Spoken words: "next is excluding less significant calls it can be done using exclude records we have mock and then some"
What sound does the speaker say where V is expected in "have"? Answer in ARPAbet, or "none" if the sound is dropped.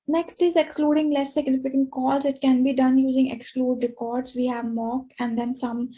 V